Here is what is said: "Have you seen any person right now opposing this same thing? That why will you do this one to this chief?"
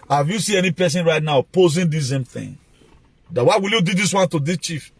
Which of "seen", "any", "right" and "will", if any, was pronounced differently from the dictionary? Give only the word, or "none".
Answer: seen